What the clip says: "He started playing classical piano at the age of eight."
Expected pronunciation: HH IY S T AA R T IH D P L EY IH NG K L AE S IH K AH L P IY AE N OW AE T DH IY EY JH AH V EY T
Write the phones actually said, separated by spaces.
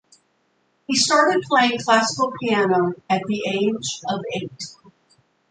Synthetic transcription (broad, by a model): HH IY S T AA R T IH D P L EY IH NG K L AE S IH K L P IY AE N OW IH T DH IY EY JH AH V EY T